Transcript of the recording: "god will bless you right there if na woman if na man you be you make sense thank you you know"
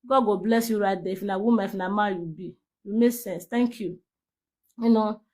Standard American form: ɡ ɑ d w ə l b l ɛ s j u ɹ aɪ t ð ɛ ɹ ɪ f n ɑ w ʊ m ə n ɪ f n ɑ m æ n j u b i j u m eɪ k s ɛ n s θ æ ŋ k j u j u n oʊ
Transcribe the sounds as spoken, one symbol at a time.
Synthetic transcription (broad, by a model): ɡ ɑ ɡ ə b l ɛ s j u ɹ aɪ t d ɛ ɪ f n ɑ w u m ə ɪ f n ɑ m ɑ j u b i j u m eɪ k s ɛ n s t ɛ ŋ k j u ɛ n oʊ